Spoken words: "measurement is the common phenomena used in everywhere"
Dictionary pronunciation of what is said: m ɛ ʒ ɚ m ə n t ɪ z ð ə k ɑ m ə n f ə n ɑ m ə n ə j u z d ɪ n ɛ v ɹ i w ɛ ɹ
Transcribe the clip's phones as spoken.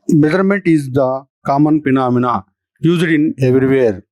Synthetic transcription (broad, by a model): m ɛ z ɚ m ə n t ɪ z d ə k ɑ m ə n p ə n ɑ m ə n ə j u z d ɪ n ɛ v ɹ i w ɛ ɹ